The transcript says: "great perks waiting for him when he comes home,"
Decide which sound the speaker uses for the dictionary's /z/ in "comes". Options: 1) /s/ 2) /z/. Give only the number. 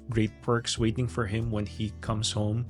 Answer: 1